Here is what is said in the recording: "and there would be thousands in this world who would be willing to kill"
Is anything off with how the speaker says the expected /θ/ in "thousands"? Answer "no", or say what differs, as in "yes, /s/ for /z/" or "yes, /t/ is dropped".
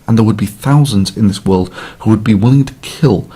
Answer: no